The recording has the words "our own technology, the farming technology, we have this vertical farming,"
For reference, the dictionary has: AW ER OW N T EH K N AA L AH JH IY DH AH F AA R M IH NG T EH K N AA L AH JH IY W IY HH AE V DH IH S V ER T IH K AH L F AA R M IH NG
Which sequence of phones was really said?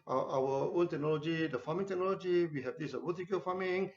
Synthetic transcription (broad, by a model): AW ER OW N T EH K N AA L AH JH IY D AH F AA M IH NG T EH K N AA L AH JH IY W IY HH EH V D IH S W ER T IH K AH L F AA M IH NG